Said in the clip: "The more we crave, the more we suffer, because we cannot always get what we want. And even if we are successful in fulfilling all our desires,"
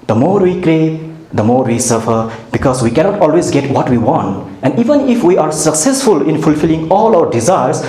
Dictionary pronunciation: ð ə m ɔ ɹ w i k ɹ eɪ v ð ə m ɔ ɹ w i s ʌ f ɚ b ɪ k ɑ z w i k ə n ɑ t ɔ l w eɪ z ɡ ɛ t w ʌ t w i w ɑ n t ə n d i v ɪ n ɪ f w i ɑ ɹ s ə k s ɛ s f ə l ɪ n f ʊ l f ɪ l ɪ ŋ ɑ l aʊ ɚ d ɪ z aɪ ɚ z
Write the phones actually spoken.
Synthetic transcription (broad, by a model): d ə m ɔ ɹ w i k ɹ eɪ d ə m ɔ ɹ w i s ʌ f ɚ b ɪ k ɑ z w i k ə n ɑ t ɔ l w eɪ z ɡ ɛ t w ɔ t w i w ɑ n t ə n d i v ɪ n ɪ f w i ɑ ɹ s ə k s ɛ s f ə l ɪ n f ʊ l f ɪ l ɪ ŋ ɑ l aʊ ɚ d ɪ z aɪ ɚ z